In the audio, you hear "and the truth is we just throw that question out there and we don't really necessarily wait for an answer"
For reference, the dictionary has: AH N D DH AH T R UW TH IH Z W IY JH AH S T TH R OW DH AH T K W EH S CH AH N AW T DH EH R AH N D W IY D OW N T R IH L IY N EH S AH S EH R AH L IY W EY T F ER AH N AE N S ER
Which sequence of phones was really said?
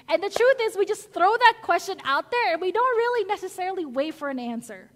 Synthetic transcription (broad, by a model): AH N DH AH T R UW TH IH Z W IY JH AH S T TH R OW DH AH T K W EH S CH AH N AW T DH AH R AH N W IY D OW N T R IH L IY N EH S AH S EH R L IY W EY T F ER AH N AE N S ER